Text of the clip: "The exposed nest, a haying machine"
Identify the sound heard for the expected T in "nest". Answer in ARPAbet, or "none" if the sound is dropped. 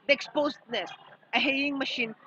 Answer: none